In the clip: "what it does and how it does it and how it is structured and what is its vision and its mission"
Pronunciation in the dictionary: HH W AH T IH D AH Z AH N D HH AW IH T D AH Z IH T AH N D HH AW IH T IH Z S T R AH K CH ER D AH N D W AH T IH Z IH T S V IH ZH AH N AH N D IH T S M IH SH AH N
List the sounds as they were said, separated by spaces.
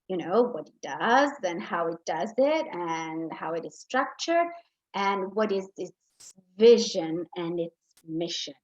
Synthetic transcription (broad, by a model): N W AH T IH D AH Z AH N HH AW IH T D AH Z IH T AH N HH AW IH T IH Z S T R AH K CH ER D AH N W AH T IH Z IH T S V IH ZH AH N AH N IH T S M IH SH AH N